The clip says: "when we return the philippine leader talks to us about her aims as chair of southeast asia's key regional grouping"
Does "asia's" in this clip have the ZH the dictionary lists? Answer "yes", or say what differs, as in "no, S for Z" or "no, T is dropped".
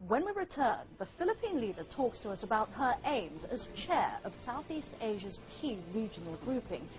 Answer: yes